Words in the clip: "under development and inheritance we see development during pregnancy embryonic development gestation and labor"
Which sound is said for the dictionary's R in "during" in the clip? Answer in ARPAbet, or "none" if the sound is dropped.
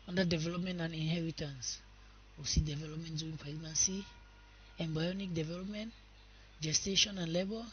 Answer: none